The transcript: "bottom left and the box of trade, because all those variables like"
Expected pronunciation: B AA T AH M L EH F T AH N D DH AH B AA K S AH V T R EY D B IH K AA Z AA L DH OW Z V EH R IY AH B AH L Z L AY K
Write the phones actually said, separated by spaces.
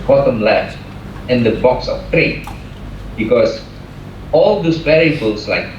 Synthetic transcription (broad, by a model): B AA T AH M L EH T AH N D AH B AA K S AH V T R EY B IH K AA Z AA L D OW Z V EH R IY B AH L S L AY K